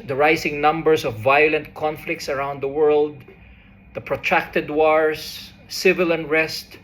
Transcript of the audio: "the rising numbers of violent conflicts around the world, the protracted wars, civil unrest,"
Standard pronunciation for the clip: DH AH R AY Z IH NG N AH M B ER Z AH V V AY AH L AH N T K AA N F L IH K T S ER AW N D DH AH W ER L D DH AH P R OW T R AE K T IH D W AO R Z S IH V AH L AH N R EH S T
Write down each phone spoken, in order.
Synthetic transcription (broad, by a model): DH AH R AY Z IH NG N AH M B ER S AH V V AY AH L AH N T K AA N F L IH K T S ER AW N D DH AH W ER L D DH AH P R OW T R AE K T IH D W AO R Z S IH V AH L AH N R EH S T